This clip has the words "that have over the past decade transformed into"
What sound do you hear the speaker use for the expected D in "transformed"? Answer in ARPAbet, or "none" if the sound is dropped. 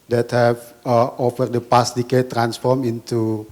none